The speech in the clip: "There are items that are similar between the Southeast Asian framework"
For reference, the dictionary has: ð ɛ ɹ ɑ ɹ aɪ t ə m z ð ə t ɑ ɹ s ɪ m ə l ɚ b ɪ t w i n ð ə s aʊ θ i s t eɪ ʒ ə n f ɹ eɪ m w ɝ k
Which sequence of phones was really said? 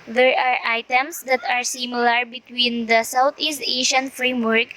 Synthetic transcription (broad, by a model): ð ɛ ɹ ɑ ɹ aɪ t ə m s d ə t ɑ ɹ s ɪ m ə l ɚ b ɪ t w i n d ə s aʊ t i s t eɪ ʃ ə n f ɹ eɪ m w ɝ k